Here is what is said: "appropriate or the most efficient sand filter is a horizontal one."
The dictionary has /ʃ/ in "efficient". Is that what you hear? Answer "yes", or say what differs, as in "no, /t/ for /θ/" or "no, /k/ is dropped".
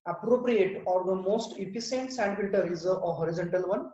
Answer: no, /s/ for /ʃ/